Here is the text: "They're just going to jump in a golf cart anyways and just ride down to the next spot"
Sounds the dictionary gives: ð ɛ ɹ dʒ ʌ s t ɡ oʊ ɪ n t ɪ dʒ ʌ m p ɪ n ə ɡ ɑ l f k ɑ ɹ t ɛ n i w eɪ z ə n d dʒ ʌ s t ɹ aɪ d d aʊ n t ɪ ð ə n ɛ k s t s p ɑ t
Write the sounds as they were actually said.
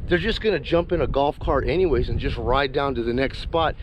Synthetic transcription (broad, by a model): ð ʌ ɹ dʒ ʌ s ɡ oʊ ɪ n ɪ dʒ ʌ m p ɪ n ə ɡ ɑ l f k ɑ ɹ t ɛ n i w eɪ z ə n dʒ ʌ s t ɹ aɪ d d aʊ n t ɪ ð ə n ɛ k s t s p ɑ t